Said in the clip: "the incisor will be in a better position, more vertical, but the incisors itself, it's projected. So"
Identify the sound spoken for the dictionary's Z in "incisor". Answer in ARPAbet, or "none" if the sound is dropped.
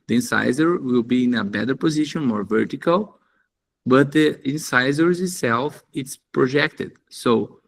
Z